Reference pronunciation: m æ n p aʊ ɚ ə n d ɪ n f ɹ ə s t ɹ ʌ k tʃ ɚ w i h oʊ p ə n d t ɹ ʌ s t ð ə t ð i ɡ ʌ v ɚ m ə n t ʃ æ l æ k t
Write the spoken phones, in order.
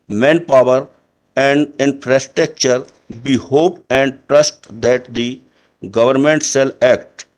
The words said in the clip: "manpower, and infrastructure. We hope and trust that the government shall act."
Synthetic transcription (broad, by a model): m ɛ n p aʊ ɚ ə n d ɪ n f ɹ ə s t ɹ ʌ k tʃ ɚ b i h oʊ p ə n d t ɹ ʌ s t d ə t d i ɡ ʌ v ɚ m ə n t s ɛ l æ k t